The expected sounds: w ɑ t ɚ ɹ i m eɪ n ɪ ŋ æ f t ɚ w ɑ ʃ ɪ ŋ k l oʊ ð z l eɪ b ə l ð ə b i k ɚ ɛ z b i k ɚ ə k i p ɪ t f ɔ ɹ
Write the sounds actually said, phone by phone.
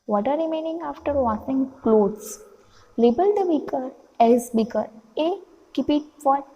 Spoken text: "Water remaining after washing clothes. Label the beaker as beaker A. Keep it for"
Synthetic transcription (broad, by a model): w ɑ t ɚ ɹ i m eɪ n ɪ ŋ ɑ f t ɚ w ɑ s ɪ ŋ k l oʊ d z l eɪ b ə l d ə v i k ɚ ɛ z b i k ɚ ə k i p ɪ t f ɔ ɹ